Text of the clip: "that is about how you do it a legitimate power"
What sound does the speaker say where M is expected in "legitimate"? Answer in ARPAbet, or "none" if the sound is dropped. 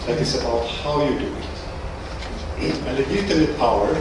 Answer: none